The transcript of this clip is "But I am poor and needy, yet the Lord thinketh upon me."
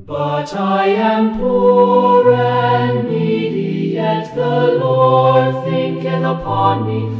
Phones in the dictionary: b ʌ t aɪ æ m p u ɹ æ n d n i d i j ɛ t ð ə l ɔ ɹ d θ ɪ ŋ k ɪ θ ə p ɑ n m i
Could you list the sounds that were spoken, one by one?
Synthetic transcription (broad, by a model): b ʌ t aɪ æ m p u ɹ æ n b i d i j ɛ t ð ə l ɔ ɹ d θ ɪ ŋ k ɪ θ ə p ɑ n m i